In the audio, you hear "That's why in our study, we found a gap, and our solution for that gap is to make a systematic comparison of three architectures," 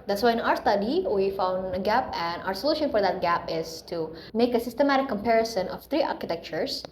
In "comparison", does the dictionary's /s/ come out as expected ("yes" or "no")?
yes